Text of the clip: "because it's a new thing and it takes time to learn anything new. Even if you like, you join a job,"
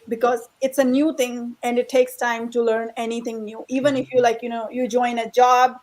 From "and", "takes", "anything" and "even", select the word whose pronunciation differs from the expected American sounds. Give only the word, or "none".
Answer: anything